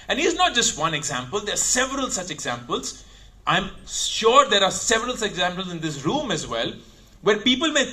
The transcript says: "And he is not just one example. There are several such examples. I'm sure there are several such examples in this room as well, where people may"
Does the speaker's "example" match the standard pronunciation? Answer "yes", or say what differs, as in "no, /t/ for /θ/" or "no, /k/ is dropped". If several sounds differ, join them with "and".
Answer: yes